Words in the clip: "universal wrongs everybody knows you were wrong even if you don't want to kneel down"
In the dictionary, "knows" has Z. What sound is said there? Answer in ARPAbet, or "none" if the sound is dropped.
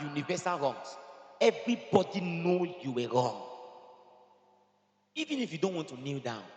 none